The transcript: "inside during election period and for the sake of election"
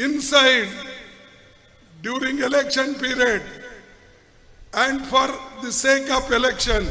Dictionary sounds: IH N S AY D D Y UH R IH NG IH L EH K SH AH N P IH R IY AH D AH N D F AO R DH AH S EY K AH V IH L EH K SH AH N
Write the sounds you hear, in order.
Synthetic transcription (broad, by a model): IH N S AY D D Y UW R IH NG IH L EH K SH AH N P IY R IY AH D AH N D F AO R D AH S EY K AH P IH L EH K SH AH N